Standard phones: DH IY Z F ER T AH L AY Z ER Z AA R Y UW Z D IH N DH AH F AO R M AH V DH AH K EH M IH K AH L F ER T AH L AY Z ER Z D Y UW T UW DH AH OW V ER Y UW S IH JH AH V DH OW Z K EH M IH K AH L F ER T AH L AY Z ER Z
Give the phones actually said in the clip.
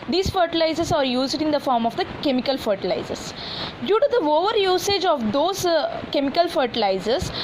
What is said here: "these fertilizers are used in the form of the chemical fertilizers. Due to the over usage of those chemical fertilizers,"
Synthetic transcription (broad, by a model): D IY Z F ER T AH L AY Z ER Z AA R Y UW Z D IH N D AH F AO R M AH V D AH K EH M IH K AH L F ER T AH L AY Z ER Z D Y UW T UW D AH OW V ER Y UW S IH JH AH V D OW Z K EH M IH K AH L F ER T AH L AY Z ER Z